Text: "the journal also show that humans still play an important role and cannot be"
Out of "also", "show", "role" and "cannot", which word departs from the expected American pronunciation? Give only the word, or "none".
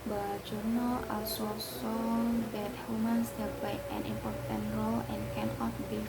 show